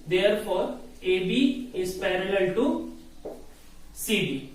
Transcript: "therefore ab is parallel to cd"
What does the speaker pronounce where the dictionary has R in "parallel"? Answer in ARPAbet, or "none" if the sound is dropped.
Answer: R